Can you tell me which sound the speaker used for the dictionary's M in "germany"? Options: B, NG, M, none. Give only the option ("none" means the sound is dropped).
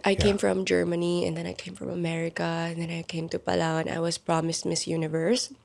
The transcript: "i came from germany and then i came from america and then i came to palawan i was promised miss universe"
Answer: M